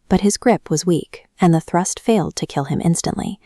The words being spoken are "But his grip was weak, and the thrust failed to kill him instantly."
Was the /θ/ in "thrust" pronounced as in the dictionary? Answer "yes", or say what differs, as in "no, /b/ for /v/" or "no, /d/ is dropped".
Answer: yes